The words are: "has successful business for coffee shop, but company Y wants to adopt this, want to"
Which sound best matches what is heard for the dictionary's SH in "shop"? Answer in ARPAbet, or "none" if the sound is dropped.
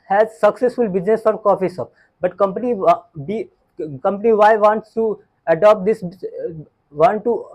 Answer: S